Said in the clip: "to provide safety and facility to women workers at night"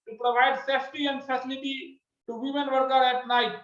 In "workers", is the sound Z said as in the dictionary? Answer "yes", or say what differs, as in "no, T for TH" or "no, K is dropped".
no, Z is dropped